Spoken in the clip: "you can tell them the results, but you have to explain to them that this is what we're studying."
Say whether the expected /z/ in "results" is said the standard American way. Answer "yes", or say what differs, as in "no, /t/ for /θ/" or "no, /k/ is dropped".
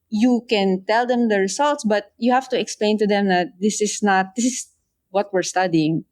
no, /s/ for /z/